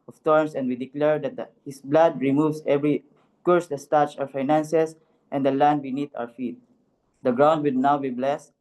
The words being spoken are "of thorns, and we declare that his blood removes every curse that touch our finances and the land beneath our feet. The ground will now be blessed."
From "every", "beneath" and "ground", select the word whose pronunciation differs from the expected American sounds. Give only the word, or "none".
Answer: beneath